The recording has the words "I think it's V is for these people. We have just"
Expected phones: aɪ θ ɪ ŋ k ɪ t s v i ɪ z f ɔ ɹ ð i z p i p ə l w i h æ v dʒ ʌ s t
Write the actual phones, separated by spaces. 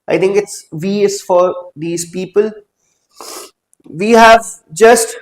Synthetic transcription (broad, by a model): aɪ t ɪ ŋ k ɪ t s v i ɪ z f ɔ ɹ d i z p i p ə l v i h æ v dʒ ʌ s t